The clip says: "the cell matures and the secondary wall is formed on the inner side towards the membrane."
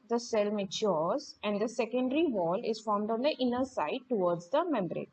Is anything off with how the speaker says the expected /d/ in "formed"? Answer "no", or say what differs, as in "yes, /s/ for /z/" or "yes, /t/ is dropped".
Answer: no